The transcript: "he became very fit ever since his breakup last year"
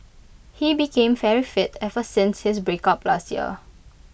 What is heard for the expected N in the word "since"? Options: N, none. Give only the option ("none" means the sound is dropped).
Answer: N